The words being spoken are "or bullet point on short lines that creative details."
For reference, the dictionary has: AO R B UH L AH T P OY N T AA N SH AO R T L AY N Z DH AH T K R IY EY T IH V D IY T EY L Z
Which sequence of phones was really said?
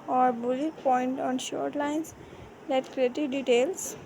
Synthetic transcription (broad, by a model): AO R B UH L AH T P OY N T AA N SH AO R T L AY N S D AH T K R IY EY T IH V D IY T EY L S